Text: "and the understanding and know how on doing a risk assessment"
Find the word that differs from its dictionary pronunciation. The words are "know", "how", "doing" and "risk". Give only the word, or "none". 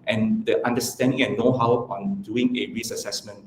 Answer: risk